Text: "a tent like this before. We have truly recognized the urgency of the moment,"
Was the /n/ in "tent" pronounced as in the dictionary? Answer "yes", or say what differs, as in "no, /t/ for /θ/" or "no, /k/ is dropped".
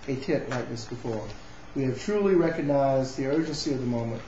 no, /n/ is dropped